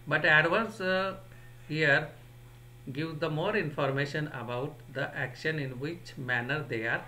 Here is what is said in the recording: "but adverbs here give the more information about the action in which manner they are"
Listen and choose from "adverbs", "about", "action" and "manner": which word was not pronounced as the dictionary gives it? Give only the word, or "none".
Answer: adverbs